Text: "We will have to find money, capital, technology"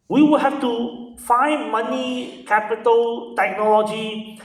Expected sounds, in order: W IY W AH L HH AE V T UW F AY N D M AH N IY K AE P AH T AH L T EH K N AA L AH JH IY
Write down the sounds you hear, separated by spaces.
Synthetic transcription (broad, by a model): W IY W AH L HH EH F T UW F AY N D M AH N IY K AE P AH T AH L T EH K N AA L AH JH IY